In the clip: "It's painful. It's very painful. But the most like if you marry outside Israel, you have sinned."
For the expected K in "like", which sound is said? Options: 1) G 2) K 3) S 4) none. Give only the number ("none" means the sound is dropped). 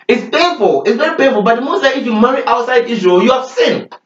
4